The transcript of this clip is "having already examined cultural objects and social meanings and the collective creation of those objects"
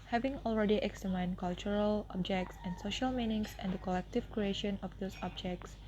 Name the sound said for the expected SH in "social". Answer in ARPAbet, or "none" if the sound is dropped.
SH